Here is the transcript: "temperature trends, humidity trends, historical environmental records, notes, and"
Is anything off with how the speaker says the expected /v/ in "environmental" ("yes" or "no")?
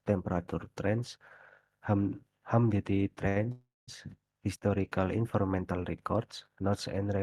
yes